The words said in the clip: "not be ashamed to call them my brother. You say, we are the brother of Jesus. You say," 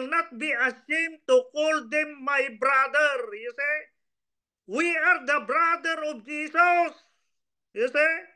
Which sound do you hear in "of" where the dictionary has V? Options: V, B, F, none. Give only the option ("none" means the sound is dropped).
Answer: B